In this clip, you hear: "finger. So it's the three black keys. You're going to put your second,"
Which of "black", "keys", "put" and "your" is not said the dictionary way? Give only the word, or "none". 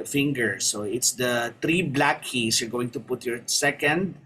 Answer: keys